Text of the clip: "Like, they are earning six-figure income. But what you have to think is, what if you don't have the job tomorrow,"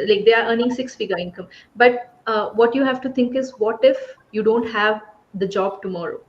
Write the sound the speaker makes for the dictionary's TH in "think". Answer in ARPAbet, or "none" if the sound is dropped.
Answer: T